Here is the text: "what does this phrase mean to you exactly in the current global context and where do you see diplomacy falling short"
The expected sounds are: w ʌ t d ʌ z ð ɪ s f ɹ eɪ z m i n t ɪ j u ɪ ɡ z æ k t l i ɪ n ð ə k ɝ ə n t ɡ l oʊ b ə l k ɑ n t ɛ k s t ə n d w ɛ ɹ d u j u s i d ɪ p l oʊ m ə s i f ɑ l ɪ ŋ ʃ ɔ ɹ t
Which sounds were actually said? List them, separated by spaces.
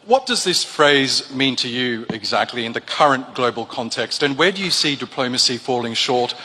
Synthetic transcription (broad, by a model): w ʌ t d ʌ z ð ɪ s f ɹ eɪ z m i n t ɪ j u ɪ ɡ z æ k t l i ɪ n ð ə k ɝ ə n ɡ l oʊ b ə l k ɑ n t ɛ k s t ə n w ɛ ɹ d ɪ j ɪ s i d ɪ p l oʊ m ə s i f ɑ l ɪ ŋ ʃ ɔ ɹ t